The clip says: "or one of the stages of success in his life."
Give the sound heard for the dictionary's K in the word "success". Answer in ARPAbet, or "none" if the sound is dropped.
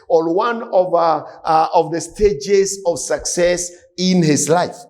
K